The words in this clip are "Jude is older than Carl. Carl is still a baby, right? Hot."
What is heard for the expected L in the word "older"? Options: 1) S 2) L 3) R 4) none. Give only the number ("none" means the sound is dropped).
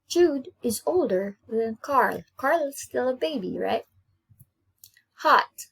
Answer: 2